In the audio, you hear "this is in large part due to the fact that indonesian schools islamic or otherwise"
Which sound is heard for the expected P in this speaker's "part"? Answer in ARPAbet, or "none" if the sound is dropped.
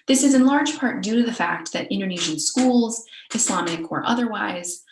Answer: P